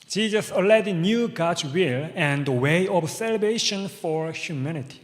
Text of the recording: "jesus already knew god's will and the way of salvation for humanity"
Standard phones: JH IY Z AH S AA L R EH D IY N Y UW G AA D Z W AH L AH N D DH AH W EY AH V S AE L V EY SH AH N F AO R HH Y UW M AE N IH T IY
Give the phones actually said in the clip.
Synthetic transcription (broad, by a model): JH IY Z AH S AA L EH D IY N Y UW G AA D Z W AH L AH N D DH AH W EY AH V S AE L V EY SH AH N F AO R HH Y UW M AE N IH T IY